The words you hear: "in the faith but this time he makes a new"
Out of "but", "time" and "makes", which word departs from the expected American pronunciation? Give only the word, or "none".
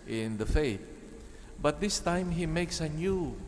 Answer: none